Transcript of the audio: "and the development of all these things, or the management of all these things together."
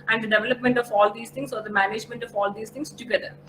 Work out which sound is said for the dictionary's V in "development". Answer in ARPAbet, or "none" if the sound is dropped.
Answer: V